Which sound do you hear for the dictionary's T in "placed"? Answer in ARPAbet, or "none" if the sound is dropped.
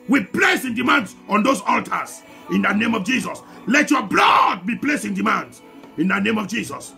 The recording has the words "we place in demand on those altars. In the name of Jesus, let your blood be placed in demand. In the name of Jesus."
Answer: none